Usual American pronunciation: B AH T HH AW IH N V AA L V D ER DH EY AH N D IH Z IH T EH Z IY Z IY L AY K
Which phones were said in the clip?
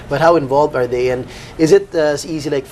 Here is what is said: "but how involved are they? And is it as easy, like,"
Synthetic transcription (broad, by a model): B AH T HH AW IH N V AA L V D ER DH EY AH N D IH Z IH T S IY Z IY L AY K